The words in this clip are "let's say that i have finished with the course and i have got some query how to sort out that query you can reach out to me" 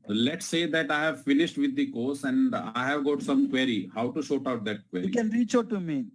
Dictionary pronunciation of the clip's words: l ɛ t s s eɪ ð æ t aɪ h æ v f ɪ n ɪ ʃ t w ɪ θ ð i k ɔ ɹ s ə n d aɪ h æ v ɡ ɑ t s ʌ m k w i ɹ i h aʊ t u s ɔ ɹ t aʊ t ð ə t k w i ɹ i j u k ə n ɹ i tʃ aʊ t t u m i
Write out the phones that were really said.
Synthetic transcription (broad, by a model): l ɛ t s s eɪ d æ t aɪ h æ v f ɪ n ɪ ʃ t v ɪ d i k ɔ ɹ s ə n d aɪ h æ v ɡ ɑ t s ʌ m k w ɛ ɹ i h aʊ t u ʃ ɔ t aʊ t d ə t k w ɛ i k ə n ɹ i tʃ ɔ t t u m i